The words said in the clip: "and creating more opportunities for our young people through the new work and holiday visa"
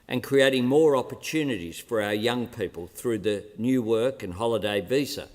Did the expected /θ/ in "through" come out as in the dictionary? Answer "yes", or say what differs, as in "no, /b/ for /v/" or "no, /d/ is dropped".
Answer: yes